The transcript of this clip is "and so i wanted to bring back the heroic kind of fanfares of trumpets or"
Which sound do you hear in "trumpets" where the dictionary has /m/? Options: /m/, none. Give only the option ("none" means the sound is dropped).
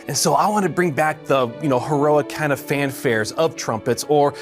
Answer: /m/